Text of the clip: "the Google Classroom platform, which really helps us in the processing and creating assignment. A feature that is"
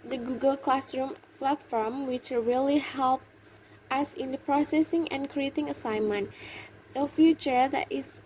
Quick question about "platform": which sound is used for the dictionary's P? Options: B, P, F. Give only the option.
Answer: F